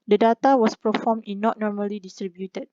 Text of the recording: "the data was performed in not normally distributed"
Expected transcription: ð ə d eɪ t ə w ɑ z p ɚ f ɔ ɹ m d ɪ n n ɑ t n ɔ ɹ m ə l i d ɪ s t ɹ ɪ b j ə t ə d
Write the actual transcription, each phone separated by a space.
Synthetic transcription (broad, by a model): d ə d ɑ t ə w ɑ s p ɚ f ɔ m ɪ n n ɑ t n ɔ ɹ m ə l i d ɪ s t ɹ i b j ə t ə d